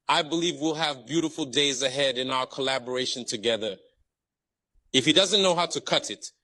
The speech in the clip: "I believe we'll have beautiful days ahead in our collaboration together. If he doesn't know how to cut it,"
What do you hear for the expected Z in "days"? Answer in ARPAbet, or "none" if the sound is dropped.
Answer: Z